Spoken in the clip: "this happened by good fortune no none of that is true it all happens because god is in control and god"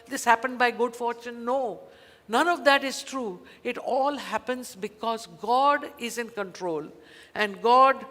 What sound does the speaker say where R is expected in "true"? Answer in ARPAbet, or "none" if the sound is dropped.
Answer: R